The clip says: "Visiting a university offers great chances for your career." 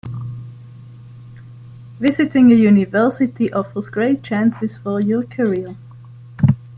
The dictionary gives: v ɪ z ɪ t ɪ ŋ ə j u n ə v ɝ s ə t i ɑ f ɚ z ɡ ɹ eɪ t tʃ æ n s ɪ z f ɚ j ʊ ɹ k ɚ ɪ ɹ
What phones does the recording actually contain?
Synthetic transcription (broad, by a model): v ɪ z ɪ t ɪ ŋ ə j u n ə v ɝ s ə t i ɑ f ɚ z ɡ ɹ eɪ t tʃ æ n s ɪ z f ɚ j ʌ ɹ k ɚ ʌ l